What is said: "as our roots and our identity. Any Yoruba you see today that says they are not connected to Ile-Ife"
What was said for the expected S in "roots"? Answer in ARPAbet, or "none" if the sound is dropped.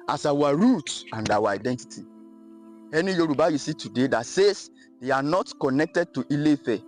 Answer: none